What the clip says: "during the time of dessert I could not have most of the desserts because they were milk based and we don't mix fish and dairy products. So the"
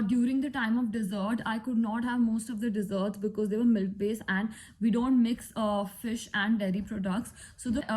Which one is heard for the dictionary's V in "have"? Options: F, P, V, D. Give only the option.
V